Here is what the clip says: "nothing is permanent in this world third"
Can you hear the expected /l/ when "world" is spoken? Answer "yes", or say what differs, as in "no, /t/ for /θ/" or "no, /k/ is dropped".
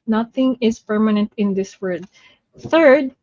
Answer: no, /l/ is dropped